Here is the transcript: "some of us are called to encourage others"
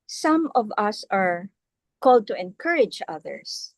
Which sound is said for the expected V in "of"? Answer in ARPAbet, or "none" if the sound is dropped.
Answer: V